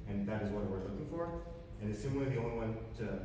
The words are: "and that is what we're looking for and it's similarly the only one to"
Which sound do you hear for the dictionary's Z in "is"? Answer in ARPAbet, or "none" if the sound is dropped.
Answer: Z